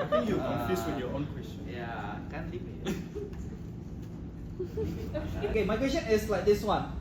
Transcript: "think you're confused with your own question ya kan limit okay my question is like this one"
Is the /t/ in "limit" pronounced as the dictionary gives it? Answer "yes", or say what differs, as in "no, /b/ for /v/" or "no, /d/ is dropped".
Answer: no, /t/ is dropped